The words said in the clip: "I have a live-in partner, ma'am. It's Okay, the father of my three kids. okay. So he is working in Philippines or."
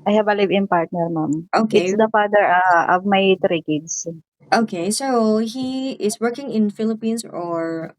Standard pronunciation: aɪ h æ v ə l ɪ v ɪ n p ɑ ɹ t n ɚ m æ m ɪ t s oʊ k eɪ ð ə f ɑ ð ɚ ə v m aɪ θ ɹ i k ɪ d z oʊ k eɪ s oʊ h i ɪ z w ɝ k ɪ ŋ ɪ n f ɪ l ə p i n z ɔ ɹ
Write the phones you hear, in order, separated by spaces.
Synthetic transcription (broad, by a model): aɪ h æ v ə l ɪ v ɪ n p ɑ ɹ t n ɚ m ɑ m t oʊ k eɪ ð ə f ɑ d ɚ ə v m aɪ t ɹ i k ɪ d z oʊ k eɪ s oʊ h i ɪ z w ɝ k ɪ ŋ ɪ n f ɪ l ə p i n s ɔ ɹ